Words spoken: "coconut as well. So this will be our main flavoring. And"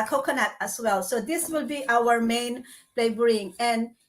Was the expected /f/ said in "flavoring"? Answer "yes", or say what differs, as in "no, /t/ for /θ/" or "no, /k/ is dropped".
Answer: no, /p/ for /f/